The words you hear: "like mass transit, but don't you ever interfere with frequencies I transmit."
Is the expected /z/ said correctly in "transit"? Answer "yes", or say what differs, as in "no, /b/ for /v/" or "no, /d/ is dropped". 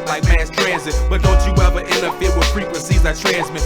yes